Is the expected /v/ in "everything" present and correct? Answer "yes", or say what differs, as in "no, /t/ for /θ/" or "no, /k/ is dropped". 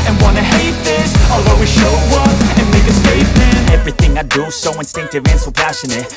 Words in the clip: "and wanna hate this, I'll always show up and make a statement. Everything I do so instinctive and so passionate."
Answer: yes